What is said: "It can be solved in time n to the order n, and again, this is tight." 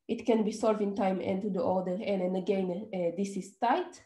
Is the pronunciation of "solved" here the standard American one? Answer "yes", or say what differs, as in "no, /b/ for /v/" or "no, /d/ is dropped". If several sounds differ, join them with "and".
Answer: no, /d/ is dropped